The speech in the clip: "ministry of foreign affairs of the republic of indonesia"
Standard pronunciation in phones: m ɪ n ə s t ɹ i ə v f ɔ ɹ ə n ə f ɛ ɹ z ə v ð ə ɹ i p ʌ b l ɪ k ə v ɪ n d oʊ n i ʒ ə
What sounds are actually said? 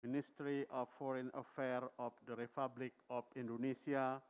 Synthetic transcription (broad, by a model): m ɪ n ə s t ɹ i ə f ɔ ɹ ə n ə f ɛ ɹ ə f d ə ɹ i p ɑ b l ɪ k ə f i n d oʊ n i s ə